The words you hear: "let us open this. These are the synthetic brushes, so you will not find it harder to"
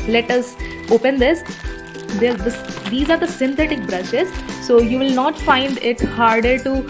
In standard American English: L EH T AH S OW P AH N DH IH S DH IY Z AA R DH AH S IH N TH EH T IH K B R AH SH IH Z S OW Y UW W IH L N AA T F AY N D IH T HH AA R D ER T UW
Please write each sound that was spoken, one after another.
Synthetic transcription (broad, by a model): L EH T AH S OW P AH N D IH S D IY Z AA R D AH S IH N T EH T IH K B R AH SH IH Z S OW Y UW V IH L N AA T F AY N D IH T HH AA R D ER T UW